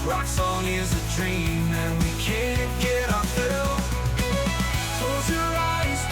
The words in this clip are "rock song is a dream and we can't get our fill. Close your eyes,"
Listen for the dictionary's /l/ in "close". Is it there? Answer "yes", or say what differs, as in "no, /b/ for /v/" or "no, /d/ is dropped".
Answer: no, /l/ is dropped